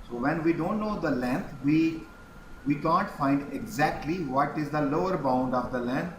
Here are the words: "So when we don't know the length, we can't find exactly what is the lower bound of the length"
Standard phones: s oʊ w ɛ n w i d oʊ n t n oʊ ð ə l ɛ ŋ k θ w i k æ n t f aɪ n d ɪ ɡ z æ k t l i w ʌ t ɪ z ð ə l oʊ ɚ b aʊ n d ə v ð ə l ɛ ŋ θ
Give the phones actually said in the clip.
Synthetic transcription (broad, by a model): s oʊ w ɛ n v i d oʊ n t n oʊ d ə l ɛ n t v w i k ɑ n t f aɪ n d ɪ ɡ z æ k t l i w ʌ t ɪ z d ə l oʊ ɚ b aʊ n d ə v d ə l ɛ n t